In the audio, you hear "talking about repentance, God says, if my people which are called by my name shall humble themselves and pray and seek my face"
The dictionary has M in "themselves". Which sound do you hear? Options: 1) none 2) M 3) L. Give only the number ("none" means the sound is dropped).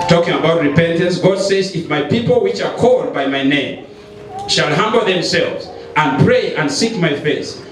2